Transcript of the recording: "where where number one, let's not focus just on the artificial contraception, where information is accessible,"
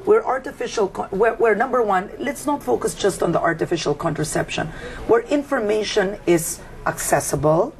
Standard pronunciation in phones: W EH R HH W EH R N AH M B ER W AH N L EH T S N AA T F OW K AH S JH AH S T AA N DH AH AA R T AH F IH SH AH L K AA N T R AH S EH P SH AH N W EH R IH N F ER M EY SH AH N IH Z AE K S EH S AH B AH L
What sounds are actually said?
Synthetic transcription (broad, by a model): W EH R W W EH R N AH M B ER W AH N L EH T S N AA T F OW K AH S JH AH S T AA N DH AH AA R T AH F IH SH AH L K AA N T R AH S EH P SH AH N W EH R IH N F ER M EY SH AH N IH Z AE K S EH S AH B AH L